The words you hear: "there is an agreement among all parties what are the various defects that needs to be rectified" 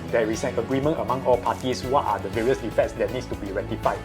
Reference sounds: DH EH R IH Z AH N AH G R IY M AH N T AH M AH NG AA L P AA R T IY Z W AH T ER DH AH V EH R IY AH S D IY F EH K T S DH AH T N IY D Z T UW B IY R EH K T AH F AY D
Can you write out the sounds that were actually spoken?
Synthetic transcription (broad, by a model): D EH R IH S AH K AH G R IY M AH N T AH M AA NG AA L P AA T IY S W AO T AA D AH V EH R IY AH S D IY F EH T S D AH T N IY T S T UW B IY R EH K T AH F AY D